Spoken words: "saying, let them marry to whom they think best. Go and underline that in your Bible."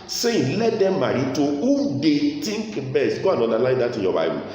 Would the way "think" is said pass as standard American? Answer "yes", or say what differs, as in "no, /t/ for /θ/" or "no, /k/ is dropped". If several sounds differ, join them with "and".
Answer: no, /t/ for /θ/